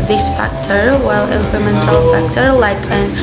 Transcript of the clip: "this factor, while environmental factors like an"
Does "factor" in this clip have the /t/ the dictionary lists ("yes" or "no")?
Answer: yes